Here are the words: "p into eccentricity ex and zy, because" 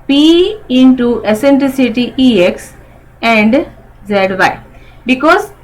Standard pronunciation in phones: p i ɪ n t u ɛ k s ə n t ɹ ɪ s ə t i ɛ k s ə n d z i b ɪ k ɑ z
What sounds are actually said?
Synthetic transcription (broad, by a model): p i ɪ n t u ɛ s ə n t ɹ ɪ s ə t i ɛ k s ə n d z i b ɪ k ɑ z